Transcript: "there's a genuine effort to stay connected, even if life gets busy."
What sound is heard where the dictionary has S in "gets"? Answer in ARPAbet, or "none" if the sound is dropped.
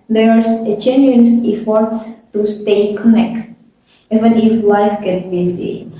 none